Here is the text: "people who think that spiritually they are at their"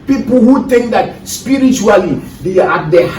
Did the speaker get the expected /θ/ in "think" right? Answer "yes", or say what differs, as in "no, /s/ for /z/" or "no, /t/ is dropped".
no, /t/ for /θ/